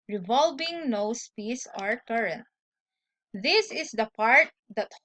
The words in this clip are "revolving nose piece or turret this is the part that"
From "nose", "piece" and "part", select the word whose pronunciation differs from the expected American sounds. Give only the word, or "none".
nose